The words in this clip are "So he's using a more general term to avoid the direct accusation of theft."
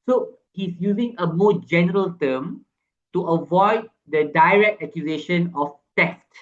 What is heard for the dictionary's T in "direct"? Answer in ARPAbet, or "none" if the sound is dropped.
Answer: T